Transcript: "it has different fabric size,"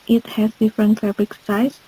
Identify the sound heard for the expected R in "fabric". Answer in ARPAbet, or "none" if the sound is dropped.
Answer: L